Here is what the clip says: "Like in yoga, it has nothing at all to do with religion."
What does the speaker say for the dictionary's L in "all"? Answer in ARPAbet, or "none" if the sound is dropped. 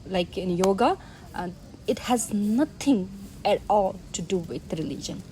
L